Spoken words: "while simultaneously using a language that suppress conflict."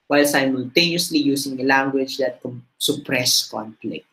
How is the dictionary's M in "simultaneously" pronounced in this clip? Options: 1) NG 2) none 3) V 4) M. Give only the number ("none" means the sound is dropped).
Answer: 4